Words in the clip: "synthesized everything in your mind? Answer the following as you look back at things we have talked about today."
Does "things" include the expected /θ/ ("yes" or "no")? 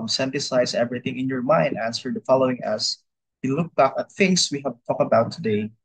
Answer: no